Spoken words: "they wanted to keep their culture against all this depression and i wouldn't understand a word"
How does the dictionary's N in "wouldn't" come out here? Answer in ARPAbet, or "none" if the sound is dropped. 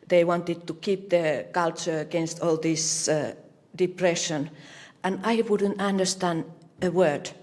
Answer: N